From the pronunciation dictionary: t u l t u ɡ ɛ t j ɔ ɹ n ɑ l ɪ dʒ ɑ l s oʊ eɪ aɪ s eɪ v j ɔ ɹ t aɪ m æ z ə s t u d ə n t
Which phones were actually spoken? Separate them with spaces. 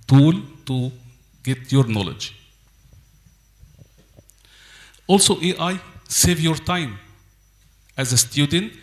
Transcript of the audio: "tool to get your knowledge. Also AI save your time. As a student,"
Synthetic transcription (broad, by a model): t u l t u ɡ ɛ t j ɔ ɹ n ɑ l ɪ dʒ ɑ l s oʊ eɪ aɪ s eɪ v j ɔ ɹ t aɪ m æ z ə s t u d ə n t